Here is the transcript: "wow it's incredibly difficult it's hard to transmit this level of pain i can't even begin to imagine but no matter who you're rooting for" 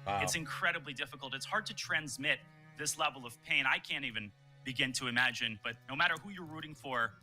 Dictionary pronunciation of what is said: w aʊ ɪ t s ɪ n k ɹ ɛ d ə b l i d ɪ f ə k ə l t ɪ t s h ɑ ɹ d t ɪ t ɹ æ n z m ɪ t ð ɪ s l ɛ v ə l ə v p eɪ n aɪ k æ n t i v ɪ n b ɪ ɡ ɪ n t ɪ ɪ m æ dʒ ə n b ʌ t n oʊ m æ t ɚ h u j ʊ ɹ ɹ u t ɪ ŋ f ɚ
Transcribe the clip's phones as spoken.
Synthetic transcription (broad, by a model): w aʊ ɪ t s ɪ n k ɹ ɛ d ə b l i d ɪ f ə k l t ɪ t s h ɑ ɹ d t ɪ t ɹ æ n z m ɪ t ð ɪ s l ɛ v l ə v p eɪ n aɪ k æ n t i v ɪ n b ɪ ɡ ɪ n t ɪ ɪ m æ dʒ ə n b ʌ t n oʊ m æ t ɚ h u j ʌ ɹ ɹ u t ɪ ŋ f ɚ